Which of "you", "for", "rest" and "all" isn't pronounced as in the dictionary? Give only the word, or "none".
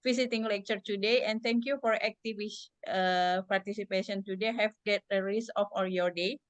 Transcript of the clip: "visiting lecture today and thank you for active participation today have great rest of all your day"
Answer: rest